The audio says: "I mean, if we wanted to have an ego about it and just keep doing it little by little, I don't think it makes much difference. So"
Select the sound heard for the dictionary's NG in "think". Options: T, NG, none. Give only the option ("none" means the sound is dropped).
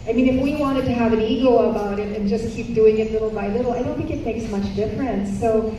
none